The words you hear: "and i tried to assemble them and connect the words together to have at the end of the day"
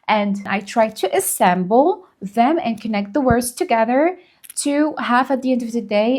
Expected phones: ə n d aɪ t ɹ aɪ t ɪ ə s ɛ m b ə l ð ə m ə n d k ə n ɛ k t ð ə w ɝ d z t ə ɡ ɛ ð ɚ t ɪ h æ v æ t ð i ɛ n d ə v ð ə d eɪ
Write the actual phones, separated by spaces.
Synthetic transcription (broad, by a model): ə n aɪ t ɹ aɪ t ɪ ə s ɛ m b l ð ə m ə n k ə n ɛ k t ð ə w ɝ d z t ə ɡ ɛ ð ɚ t ɪ h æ f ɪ t ð i ɛ n d ə v ð ə d eɪ